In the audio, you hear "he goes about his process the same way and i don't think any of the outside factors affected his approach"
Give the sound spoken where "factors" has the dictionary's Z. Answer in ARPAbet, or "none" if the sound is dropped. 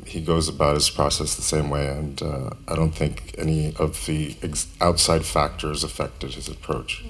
Z